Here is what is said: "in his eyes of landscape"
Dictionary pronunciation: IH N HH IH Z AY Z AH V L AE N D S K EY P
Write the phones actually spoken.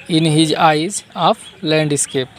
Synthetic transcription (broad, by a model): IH N HH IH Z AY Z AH P L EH N D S K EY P